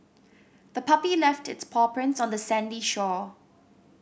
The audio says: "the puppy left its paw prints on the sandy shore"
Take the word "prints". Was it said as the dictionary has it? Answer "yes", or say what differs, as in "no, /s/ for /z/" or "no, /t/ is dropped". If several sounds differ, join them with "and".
yes